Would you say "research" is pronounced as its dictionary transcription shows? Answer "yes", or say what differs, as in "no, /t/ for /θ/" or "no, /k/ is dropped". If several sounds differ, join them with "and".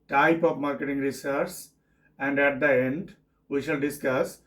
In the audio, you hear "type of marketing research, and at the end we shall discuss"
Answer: no, /s/ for /tʃ/